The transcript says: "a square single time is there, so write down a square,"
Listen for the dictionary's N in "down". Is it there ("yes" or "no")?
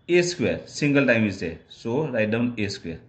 yes